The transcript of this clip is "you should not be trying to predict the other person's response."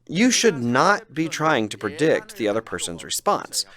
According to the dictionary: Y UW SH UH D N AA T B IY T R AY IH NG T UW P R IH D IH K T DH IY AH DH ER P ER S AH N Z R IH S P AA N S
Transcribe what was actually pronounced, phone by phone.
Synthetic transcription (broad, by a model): Y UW SH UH D N AA T B IY T R AY IH NG T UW P R IH D IH K T DH IY AH DH ER P ER S AH N Z R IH S P AA N S